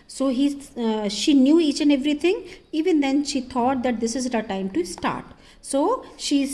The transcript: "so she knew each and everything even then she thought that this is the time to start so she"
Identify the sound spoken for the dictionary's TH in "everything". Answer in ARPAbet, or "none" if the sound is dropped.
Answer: T